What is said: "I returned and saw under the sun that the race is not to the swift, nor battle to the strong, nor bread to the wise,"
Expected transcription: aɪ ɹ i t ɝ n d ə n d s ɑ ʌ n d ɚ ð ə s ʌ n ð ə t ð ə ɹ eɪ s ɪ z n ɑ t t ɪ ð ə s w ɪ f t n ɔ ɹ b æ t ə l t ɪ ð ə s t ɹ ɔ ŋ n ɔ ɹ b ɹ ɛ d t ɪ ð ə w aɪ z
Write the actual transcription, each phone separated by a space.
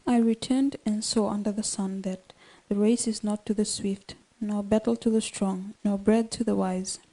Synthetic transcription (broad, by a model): aɪ ɹ i t ɝ n d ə n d s ɑ ʌ n d ɚ ð ə s ʌ n ð ə t ð ə ɹ eɪ s ɪ z n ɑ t t ɪ ð ə s w ɪ f t n ɔ ɹ b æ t l t ɪ ð ə s t ɹ ɔ ŋ n ɔ ɹ b ɹ ɛ d t ɪ ð ə w aɪ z